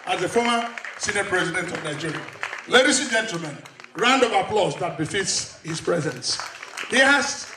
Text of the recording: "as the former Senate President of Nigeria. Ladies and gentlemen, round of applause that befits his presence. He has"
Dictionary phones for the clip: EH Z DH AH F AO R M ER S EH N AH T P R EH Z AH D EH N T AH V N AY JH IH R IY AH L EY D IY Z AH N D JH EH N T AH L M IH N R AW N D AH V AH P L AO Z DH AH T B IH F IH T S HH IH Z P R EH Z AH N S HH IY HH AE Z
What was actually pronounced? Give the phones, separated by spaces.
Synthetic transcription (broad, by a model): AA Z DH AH F AO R M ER S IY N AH P R EH Z AH D EH N T AH V N AY JH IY R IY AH L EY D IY S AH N JH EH N T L M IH N R AW N D AH V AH P L AO S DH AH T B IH F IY T S HH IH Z P R EH Z AH N S HH IY HH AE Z